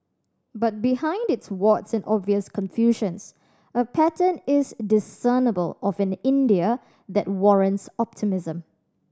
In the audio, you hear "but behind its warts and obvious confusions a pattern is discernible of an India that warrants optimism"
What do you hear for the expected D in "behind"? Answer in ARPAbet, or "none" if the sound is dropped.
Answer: D